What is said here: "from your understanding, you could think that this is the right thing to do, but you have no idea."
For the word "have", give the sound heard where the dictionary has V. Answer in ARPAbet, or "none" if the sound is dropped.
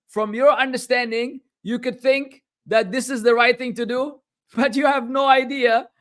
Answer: V